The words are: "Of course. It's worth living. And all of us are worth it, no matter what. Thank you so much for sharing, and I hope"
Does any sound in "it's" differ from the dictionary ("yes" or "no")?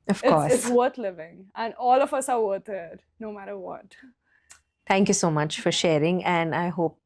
yes